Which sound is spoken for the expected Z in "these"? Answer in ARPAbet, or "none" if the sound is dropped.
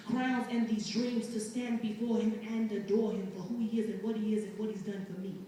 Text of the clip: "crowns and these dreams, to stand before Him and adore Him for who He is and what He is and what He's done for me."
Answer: Z